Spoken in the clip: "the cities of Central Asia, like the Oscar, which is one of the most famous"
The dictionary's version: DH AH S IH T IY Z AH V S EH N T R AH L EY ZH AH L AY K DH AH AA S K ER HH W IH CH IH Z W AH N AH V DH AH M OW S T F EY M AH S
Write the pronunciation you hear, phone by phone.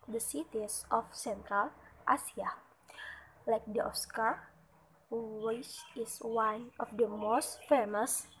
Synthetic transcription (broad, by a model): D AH S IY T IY S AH F S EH N T R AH L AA S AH L AY K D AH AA S K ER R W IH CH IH S W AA N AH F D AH M OW S T F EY M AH S